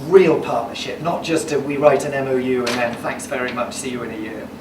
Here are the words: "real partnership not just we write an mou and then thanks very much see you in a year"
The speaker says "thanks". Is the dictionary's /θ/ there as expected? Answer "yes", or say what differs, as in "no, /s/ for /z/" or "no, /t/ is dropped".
yes